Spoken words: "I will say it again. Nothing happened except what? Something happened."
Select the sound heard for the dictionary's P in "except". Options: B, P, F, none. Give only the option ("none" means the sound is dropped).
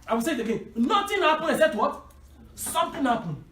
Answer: none